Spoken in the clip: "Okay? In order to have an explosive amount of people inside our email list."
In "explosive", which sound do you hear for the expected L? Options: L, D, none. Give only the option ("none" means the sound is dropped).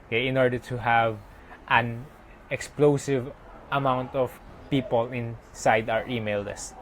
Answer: L